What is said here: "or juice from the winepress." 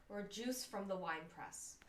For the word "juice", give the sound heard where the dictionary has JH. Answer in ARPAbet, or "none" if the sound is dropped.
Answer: JH